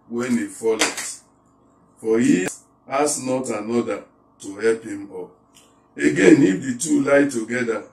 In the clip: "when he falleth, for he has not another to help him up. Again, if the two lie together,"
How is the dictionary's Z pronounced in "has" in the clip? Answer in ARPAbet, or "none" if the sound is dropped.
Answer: S